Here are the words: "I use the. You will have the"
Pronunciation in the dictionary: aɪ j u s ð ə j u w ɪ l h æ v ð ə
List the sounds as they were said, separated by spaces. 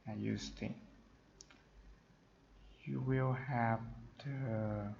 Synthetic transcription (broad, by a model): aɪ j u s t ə j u w ɪ l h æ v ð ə